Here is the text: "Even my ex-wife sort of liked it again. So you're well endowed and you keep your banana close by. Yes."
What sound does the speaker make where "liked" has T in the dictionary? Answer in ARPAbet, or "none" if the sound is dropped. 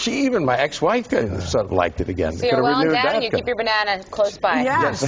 T